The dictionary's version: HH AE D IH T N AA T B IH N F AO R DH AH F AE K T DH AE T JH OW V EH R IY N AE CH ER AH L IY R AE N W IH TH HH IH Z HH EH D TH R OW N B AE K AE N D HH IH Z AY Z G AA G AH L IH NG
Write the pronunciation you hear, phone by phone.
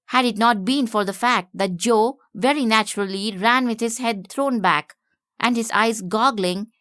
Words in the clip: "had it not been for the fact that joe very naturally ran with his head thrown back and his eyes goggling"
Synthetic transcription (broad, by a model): HH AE D IH T N AA T B IH N F AO R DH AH F AE K T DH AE T JH OW V EH R IY N AE CH ER AH L IY R AE N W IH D HH IH Z HH EH D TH R OW N B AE K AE N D HH IH Z AY Z G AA G L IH NG